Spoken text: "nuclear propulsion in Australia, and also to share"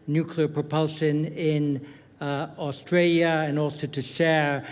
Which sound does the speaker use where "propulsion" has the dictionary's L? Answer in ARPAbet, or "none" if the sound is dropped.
L